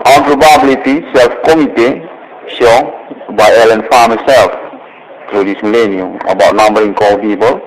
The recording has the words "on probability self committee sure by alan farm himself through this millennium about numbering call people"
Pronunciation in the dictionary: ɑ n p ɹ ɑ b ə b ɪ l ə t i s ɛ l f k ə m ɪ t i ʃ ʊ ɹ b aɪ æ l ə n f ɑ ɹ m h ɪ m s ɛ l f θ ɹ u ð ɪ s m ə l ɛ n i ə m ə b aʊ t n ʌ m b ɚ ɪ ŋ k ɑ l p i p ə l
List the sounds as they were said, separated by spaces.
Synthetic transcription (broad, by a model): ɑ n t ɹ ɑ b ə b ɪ l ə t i s ɛ l f k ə m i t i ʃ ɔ b aɪ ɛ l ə n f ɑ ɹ m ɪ s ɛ l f t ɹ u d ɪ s m ə l ɛ n i ə m ə b aʊ t n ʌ m b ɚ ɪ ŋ k ɑ l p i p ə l